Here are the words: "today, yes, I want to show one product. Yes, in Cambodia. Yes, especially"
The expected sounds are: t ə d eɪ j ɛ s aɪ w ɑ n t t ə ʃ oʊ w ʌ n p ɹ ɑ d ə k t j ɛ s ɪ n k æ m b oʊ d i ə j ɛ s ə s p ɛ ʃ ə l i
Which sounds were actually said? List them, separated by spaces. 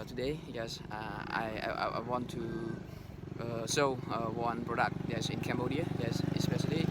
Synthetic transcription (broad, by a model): t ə d eɪ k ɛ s aɪ w ɑ n t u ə s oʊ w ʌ n p ɹ ɑ d ə k t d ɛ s ɪ n k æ m b oʊ d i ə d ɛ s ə s p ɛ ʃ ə l i